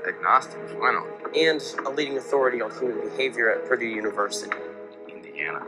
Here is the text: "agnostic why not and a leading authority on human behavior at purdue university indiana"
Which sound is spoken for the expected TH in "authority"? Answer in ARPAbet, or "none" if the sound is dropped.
TH